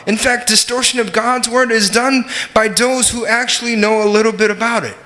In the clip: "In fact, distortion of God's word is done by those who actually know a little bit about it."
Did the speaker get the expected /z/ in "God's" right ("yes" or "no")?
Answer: yes